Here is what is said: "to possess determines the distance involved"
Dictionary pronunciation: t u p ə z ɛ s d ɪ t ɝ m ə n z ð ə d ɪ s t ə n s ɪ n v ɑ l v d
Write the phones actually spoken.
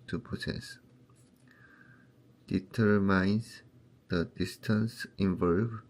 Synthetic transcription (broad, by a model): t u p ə s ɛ s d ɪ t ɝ m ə n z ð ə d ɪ s t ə n s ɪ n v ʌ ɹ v